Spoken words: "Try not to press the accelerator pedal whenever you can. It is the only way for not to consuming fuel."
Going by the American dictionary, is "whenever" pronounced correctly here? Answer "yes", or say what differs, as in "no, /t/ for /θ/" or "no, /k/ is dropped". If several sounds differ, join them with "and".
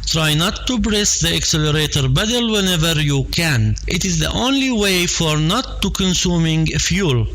yes